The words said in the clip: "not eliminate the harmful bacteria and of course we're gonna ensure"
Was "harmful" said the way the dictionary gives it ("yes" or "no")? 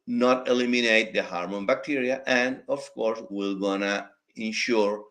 no